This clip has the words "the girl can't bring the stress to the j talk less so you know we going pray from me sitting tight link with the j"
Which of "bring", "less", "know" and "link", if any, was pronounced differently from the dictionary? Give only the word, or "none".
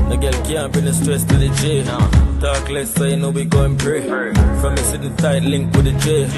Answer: bring